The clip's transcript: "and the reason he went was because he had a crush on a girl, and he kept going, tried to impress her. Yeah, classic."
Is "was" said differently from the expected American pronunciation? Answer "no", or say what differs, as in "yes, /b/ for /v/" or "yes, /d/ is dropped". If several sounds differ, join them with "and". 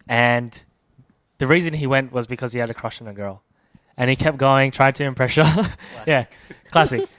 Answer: no